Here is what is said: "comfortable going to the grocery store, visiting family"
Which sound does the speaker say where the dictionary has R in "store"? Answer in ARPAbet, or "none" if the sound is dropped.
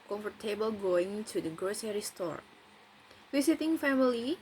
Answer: R